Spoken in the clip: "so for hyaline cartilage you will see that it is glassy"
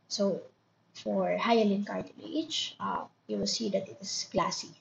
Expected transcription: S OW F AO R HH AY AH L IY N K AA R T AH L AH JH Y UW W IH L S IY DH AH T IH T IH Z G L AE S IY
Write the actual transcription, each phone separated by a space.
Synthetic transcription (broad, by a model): S OW F AO R HH AY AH L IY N K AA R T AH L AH CH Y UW W IH L S IY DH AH T IH T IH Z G L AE S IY